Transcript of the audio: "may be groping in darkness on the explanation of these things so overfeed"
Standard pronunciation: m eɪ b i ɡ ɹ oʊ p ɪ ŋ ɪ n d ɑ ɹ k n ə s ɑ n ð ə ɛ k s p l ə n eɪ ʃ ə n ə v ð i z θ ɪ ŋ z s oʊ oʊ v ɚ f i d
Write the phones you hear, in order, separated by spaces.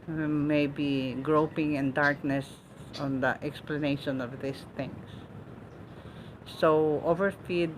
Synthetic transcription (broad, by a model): m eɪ b i ɡ ɹ oʊ p ɪ ŋ ɪ n d ɑ ɹ k n ə s ɑ n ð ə ɛ k s p l ə n eɪ ʃ ə n ə v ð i s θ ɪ ŋ s oʊ oʊ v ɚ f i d